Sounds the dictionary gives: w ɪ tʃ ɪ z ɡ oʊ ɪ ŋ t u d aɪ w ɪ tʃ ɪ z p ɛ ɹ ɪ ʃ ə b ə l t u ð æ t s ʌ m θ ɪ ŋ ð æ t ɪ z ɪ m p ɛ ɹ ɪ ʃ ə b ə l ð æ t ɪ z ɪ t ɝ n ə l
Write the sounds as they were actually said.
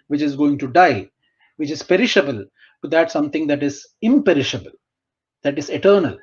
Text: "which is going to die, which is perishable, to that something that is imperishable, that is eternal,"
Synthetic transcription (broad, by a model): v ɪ tʃ ɪ z ɡ oʊ ɪ ŋ t u d aɪ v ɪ tʃ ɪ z p ɛ ɹ ɪ ʃ ə b ə l t u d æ t s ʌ m t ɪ ŋ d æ t ɪ z ɪ m p ɛ ɹ ɪ ʃ ə b ə l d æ t ɪ z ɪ t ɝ n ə l